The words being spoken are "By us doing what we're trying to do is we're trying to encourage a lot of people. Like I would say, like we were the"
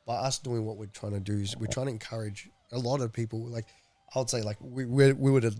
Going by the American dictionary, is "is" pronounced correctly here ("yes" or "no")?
yes